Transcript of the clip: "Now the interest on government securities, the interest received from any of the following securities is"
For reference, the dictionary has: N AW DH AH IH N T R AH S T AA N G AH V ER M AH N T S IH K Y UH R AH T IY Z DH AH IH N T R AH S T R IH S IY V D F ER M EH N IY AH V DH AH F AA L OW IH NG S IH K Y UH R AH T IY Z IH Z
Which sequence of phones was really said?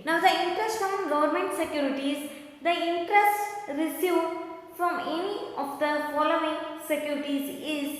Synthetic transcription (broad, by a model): N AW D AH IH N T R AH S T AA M G AH V ER M AH N T S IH K Y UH R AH T IY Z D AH IH N T R AH S T R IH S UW F D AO M EH N IY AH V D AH F AA L OW IH NG S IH K Y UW R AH T IY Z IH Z